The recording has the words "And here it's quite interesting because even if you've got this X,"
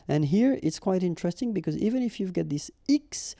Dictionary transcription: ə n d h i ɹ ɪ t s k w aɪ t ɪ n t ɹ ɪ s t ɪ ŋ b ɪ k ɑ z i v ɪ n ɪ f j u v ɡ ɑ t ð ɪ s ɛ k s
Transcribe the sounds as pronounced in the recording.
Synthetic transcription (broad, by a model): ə n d h i ɹ ɪ t s k w aɪ t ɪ n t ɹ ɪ s t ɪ ŋ b ɪ k ɑ z i v ɪ n ɪ f j u v ɡ ɑ t ð ɪ s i k s